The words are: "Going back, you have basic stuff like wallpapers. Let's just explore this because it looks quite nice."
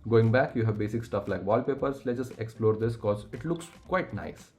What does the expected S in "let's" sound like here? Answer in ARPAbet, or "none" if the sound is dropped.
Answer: none